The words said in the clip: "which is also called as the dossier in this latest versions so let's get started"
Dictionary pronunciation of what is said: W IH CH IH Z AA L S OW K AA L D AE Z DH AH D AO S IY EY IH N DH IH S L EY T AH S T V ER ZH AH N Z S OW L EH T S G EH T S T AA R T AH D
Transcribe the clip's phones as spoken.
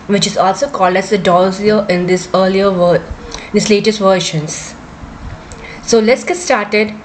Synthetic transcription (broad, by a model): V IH CH IH Z AA L S OW K AA L D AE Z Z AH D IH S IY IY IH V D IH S L EY T AH S T V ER SH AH N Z S OW L EH T S G EH T S T AA R T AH D